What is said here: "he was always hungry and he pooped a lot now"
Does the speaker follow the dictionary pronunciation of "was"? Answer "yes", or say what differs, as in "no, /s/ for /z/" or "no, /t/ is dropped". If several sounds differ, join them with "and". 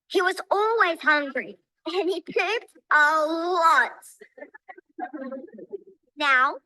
yes